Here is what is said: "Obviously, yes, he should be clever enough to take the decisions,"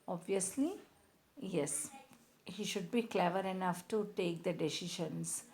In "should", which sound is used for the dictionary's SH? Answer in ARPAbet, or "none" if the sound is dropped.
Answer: SH